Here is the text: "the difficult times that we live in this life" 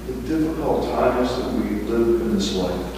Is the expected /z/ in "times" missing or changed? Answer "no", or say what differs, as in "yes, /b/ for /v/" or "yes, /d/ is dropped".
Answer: no